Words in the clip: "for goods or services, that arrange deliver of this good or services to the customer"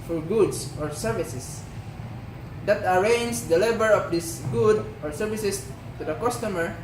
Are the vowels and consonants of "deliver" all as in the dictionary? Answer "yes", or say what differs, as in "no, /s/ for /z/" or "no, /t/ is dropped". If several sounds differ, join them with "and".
no, /b/ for /v/